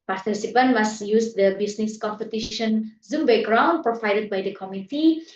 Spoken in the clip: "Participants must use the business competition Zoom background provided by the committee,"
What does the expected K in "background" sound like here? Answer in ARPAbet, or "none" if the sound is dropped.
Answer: none